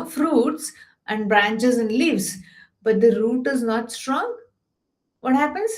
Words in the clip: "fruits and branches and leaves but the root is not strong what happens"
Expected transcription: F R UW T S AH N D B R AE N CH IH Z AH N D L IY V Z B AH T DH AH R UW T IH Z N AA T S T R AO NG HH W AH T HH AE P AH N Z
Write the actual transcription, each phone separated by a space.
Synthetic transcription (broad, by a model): F R UW T S AH N D B R AE N CH IH Z AH N D L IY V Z B AH T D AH R UW T IH Z N AA T S T R AO NG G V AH T HH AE P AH N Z